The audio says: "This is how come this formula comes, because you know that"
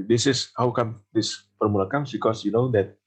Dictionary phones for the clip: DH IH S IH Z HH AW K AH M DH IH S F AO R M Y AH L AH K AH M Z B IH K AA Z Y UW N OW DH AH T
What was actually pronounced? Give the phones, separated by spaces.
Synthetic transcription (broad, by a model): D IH S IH S HH AW K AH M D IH S P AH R M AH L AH K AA M S B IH K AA S Y UW N OW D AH T